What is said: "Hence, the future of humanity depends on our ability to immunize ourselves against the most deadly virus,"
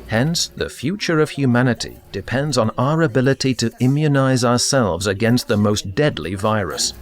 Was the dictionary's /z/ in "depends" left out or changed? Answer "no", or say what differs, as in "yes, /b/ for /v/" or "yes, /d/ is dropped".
no